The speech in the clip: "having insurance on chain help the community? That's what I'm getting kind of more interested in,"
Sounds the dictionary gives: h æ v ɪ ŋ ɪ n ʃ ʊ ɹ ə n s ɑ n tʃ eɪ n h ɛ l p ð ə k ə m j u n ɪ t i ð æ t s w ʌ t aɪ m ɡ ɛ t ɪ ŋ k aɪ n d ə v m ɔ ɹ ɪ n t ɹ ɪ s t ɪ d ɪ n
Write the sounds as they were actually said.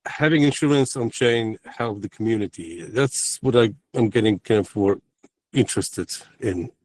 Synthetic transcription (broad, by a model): h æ v ɪ ŋ ɪ n ʃ ʊ ɹ ə n s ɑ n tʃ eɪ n h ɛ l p ð ə k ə m j u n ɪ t i ð æ t s w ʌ t aɪ m ɡ ɛ t ɪ ŋ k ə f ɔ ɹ ɪ n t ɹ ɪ s t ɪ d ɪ n